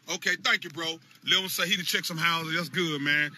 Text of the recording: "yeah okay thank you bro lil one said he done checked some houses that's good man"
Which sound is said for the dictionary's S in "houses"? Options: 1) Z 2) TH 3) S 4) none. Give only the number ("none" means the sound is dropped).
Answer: 4